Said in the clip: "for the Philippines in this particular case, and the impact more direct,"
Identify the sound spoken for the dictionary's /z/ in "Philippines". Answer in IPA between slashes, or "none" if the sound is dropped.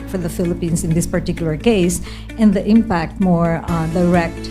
/s/